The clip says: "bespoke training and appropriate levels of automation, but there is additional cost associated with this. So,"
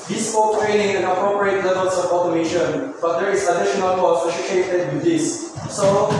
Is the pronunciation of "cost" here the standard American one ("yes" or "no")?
no